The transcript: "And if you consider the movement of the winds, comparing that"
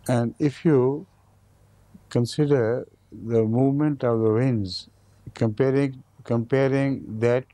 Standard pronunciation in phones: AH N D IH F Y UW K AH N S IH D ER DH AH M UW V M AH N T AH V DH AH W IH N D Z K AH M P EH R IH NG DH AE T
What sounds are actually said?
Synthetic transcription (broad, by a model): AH N D IH F Y UW K AH N S IH D ER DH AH M UW V M AH N T AH V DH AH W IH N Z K K AH M P EH R IH NG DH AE T